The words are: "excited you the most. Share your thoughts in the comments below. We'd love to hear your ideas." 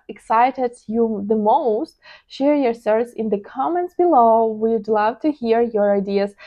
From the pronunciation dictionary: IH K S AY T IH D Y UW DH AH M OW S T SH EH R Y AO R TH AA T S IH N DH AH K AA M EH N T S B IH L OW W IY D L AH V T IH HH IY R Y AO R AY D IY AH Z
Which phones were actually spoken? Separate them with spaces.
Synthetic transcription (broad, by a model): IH K S AY T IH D Y UW DH AH M OW S T SH EH R Y AO R S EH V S IH N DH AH K AA M EH N T S B IH L OW W IY D L AH V T IH HH IY R Y AO R AY D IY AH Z